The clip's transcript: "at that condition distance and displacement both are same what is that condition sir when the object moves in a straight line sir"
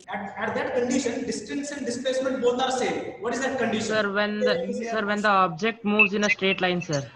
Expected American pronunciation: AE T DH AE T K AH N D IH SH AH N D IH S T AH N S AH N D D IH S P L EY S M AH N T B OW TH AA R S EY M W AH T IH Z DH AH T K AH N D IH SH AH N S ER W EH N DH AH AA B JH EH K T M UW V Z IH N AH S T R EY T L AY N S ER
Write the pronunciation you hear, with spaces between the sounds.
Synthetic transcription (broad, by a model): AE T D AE T K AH N D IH SH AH N D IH S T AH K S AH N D D IH S P L EY S M AH N T B OW T AA R S EY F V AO T IH Z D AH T K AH N D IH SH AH N S ER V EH N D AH AA B JH EH K T M UW V Z IH N AH S T R EY T L AY N S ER